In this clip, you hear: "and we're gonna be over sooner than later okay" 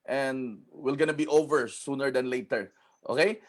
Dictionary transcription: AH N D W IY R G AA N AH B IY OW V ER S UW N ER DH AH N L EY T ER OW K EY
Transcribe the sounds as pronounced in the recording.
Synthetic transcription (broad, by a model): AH N D W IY L G AA N AH B IY OW V ER S UW N ER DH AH N L EY T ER OW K EY